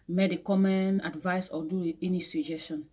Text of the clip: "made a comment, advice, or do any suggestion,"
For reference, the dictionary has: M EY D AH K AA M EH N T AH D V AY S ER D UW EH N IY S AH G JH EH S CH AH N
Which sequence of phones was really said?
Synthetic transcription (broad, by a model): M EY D AH K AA M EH N AH D V AY S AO D UW EH N IY S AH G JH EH S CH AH N